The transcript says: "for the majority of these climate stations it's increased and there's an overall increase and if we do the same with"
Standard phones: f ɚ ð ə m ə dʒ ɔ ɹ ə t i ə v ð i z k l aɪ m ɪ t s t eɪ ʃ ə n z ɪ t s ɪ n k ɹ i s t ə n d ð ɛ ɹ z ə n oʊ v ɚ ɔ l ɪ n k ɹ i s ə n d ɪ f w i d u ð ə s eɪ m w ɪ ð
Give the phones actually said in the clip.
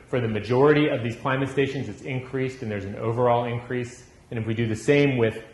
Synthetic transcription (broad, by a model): f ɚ ð ə m ə dʒ ɔ ɹ ə t i ə v ð i z k l aɪ m ɪ t s t eɪ ʃ ə n z ɪ t s ɪ n k ɹ i s t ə n ð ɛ ɹ z n oʊ v ɚ ɔ l ɪ n k ɹ i s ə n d ɪ f w i d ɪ ð ə s eɪ m w ɪ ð